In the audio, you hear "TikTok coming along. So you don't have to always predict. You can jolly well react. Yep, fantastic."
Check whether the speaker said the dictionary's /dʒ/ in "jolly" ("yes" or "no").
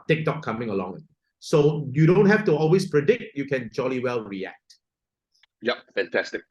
yes